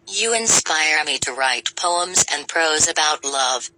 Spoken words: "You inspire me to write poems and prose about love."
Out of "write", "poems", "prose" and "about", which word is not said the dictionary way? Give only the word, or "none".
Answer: none